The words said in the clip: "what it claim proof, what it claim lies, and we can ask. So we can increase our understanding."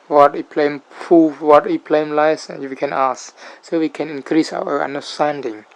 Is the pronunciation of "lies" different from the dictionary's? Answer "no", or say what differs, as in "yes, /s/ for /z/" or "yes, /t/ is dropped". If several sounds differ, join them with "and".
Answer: yes, /z/ is dropped